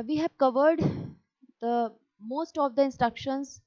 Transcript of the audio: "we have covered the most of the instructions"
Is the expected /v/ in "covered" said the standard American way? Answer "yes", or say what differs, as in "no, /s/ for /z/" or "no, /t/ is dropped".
yes